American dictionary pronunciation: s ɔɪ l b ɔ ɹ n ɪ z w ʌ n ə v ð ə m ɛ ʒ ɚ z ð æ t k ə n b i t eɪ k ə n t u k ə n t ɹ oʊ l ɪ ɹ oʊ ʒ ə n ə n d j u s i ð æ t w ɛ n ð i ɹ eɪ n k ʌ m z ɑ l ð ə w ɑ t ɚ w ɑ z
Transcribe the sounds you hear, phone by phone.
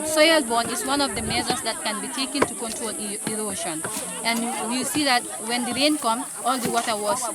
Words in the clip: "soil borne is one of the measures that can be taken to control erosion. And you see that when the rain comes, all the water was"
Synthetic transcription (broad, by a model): s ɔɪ l b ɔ n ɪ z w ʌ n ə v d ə m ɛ z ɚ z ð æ t k ə n b i t eɪ k ə n t u k ə n t ɹ oʊ l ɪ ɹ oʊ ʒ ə n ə n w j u s i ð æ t w ɛ n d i ɹ eɪ n k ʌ m s ɑ l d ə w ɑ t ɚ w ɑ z